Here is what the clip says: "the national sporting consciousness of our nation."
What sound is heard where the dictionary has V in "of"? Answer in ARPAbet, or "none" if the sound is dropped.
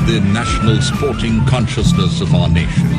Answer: V